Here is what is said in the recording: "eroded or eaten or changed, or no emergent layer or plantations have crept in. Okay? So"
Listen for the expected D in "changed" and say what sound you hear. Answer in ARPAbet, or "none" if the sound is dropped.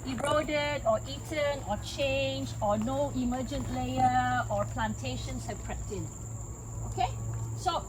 none